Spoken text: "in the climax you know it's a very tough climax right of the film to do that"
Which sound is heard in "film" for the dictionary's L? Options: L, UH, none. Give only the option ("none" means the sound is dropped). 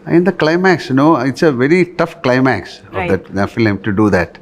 none